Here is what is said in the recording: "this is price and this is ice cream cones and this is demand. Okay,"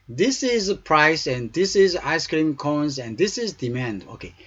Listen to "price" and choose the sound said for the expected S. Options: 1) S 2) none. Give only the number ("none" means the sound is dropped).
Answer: 1